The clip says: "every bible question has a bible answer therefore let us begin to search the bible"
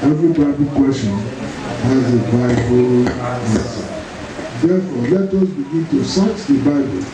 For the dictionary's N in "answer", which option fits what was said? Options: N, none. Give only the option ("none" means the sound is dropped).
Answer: none